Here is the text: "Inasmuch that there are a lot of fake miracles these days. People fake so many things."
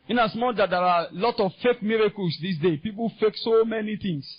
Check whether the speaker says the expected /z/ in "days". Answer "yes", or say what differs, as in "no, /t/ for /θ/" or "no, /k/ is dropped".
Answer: no, /z/ is dropped